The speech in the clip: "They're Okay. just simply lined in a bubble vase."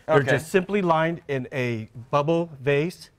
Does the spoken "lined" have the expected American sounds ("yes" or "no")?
yes